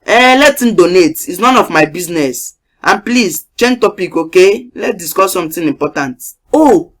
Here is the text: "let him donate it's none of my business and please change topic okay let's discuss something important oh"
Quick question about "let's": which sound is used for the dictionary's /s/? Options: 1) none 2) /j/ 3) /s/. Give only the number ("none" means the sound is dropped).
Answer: 1